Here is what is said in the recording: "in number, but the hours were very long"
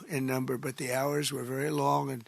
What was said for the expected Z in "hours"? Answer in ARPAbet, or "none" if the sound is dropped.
Z